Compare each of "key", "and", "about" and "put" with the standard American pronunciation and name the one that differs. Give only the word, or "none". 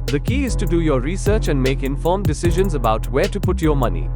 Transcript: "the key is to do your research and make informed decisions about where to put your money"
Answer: none